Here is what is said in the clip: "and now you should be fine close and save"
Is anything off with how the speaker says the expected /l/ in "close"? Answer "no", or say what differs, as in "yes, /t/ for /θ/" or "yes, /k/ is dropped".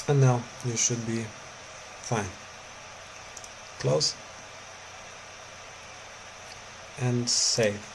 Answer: no